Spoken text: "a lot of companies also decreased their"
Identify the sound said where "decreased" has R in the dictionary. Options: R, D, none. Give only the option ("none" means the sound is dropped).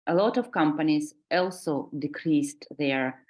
R